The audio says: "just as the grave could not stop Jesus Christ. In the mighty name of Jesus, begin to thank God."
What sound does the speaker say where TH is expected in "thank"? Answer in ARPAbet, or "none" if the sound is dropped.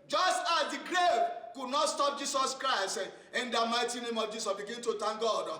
T